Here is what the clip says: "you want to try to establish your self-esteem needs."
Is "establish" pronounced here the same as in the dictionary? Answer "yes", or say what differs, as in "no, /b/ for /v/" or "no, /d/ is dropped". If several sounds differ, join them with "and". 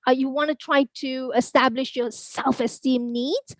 yes